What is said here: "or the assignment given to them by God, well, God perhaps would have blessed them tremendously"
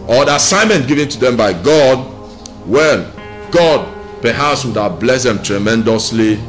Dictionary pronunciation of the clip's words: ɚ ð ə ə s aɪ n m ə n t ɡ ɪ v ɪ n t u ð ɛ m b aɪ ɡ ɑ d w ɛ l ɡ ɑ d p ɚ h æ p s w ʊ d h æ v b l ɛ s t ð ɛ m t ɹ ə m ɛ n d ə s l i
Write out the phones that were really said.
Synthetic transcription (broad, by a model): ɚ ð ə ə s aɪ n m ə n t ɡ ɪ v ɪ n t u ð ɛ m b aɪ ɡ ɑ d w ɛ n ɡ ɑ d p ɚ h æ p s w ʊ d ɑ b l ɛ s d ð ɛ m t ɹ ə m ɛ n d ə s l i